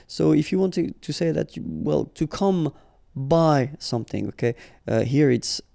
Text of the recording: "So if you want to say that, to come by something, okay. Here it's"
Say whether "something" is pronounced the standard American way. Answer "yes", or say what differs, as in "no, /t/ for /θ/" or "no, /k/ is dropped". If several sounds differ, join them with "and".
yes